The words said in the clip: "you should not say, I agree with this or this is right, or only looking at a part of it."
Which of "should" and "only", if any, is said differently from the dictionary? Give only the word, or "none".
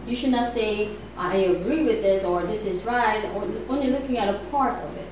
only